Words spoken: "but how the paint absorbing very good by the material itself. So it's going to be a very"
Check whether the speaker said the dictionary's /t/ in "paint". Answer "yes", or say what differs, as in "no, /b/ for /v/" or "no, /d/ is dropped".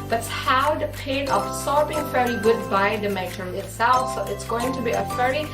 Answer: no, /t/ is dropped